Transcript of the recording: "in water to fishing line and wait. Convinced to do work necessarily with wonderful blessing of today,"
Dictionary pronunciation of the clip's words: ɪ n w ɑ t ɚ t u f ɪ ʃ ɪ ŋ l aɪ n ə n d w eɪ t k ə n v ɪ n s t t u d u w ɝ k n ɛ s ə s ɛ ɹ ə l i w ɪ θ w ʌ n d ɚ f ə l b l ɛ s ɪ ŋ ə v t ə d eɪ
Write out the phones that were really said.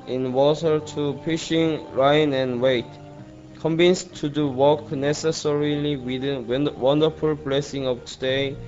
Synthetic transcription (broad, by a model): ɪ n w ɑ t ɚ t u p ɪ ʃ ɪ ŋ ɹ aɪ n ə n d w eɪ t k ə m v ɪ n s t t u d u w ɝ k n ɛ s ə s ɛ ɹ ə l i w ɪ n w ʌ n d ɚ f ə l b l ɛ s ɪ ŋ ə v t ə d eɪ